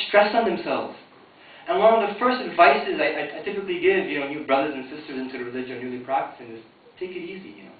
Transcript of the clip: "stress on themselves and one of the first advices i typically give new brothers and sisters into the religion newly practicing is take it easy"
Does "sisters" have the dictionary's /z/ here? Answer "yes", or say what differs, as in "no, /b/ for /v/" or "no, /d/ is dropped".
yes